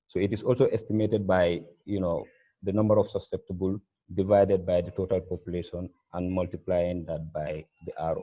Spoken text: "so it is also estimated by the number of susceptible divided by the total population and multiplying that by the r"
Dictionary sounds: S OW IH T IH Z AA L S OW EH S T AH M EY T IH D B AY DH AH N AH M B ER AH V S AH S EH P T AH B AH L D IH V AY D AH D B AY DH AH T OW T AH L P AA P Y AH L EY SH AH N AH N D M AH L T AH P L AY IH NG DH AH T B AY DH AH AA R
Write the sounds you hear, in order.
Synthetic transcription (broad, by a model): S OW IH T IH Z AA L S OW EH S T AH M EY T IH D B AY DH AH N AH M B ER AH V S AH S EH P T AH B AH L D IH V AY D AH D B AY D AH T OW T AH L P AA P Y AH L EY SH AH N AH N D M AH L T AH P L AY IH NG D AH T B AY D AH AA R